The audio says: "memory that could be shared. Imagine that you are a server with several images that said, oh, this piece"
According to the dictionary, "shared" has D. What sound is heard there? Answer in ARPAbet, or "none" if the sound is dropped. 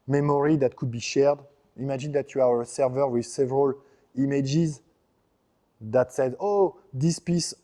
D